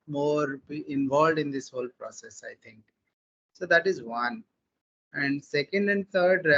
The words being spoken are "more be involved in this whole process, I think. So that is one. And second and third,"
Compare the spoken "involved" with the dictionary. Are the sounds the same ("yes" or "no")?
yes